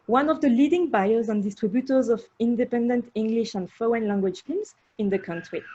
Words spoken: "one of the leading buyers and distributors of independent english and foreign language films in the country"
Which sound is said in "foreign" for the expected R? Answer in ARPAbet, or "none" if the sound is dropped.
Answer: none